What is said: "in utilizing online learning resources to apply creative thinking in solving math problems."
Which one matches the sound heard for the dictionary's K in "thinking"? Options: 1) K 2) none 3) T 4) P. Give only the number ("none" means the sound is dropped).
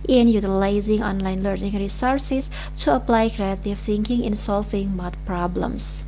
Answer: 1